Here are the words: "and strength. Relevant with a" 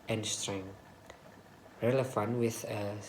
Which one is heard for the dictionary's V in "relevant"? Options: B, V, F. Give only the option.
F